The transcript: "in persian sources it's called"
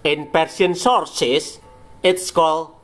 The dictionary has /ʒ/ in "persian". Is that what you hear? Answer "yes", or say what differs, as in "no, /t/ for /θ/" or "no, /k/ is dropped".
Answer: no, /s/ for /ʒ/